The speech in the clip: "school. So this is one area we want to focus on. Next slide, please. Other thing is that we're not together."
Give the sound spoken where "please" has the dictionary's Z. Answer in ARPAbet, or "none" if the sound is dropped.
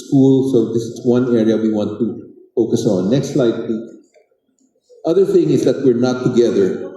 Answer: none